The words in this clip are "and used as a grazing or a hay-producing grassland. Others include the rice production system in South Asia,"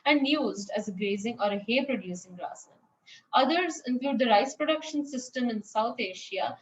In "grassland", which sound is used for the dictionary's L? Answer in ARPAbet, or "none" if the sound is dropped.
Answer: none